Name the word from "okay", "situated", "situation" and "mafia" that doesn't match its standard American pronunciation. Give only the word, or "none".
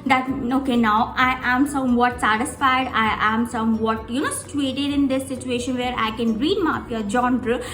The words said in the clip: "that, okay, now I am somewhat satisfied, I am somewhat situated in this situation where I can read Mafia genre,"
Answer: mafia